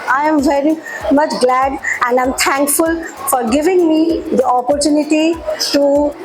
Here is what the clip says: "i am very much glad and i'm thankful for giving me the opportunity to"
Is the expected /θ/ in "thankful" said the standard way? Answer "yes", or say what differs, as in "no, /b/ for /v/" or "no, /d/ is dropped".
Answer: no, /t/ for /θ/